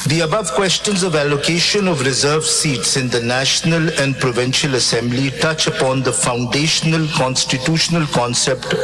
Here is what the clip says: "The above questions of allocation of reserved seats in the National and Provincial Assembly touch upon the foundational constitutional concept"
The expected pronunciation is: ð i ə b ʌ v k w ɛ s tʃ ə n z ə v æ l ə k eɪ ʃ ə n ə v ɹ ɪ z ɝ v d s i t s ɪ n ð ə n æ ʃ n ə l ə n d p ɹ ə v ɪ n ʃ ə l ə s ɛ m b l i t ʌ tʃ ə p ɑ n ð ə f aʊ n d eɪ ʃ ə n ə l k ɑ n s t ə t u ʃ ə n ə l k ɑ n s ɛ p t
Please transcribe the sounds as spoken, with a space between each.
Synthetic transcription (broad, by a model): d i ə b ʌ v k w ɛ s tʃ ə n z ə v æ l ə k eɪ ʃ ə n ə v ɹ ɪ z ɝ v s i t s ɪ n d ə n æ ʃ n ə l ə n d p ɹ ə v ɪ n ʃ ə l ə s ɛ m b l i t ʌ tʃ ə p ɑ n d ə f aʊ n d eɪ ʃ ə n ə l k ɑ n s t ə t u ʃ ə n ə l k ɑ n s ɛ p t